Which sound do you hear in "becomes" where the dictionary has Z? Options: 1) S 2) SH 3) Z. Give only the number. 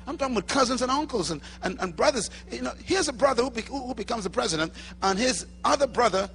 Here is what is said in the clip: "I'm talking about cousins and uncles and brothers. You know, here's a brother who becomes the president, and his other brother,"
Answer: 3